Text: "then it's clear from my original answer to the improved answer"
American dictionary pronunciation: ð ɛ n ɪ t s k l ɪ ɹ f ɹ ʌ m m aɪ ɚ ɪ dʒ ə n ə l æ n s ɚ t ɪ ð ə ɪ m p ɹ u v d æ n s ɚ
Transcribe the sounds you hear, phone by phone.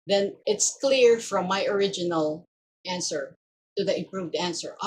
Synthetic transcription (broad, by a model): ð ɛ n ɪ t s k l ɪ ɹ f ɹ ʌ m m aɪ ɚ ɪ dʒ ə n ə l æ n s ɚ t ɪ ð ə ɪ m p ɹ u v d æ n s ɚ